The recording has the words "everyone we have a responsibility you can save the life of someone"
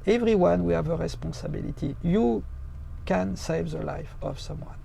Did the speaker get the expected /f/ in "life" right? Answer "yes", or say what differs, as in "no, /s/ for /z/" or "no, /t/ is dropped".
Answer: yes